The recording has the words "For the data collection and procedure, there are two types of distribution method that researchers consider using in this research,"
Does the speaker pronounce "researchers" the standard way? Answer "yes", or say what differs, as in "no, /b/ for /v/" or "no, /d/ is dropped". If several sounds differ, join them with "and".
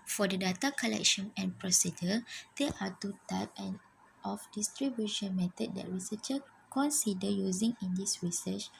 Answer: no, /z/ is dropped